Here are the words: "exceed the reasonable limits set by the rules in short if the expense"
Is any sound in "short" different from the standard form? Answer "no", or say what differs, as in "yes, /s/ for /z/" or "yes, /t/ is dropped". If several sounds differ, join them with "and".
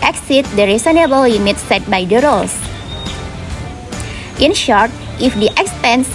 no